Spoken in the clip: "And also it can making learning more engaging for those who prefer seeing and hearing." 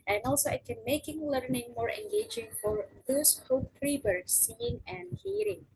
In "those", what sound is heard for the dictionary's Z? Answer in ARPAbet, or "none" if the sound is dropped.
S